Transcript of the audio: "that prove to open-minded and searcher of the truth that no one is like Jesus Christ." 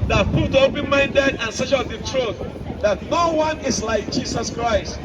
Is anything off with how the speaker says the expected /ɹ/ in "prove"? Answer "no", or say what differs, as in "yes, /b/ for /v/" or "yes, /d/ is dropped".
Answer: yes, /ɹ/ is dropped